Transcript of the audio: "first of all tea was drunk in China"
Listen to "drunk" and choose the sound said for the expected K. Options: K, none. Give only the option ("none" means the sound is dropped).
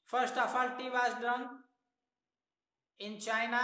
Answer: none